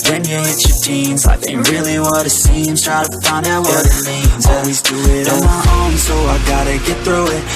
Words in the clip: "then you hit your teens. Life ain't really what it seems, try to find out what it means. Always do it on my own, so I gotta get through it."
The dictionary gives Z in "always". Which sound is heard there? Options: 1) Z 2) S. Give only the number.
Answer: 1